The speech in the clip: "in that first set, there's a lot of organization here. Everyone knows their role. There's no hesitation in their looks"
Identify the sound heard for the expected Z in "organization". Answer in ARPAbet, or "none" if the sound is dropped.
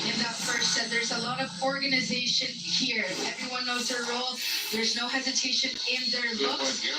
Z